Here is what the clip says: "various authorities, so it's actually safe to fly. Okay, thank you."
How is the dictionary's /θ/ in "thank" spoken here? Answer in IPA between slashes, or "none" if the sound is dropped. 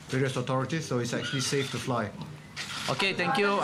/t/